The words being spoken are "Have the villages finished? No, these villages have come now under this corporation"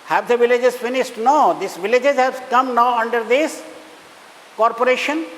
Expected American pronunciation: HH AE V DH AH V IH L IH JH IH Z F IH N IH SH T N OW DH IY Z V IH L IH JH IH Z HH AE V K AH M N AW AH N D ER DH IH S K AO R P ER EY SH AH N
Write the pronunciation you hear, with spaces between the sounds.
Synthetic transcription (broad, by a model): HH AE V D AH V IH L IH JH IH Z F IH N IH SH T N OW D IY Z V IH L IH JH IH Z HH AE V K AH M N AW AH N D ER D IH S K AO R P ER EY SH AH N